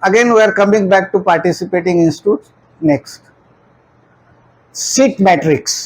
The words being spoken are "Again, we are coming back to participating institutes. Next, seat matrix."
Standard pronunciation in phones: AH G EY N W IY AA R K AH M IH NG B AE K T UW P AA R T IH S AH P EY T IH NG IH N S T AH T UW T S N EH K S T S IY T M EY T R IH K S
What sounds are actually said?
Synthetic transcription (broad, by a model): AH G EY N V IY AA R K AH M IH NG B AE K T UW P AA R T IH S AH P EY T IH NG IH N S T AH T UW T S N EH K S T S IY T M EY T R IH K S